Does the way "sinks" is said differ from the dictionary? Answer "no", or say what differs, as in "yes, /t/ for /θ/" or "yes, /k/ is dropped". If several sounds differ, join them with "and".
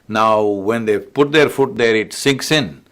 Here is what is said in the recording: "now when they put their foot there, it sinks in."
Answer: no